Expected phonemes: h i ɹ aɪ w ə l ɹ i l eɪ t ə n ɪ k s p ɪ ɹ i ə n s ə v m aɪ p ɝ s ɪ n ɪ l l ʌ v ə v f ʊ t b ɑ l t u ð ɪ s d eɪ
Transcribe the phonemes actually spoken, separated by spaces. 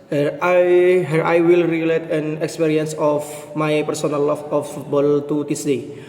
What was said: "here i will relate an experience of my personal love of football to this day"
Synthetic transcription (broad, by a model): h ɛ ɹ aɪ w ə l ɹ i l eɪ t ə n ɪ k s p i ɹ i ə n s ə f m aɪ p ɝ s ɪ n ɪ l l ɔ f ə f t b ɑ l t u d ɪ s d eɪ